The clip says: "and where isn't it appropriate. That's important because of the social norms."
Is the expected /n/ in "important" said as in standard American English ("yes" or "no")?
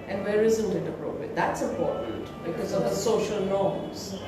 no